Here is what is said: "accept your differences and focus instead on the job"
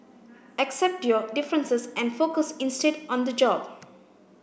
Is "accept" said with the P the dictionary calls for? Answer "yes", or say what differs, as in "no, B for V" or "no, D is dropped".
yes